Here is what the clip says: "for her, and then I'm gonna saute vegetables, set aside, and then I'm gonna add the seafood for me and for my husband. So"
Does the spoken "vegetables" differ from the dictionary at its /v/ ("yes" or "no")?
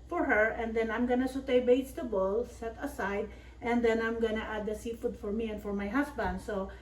yes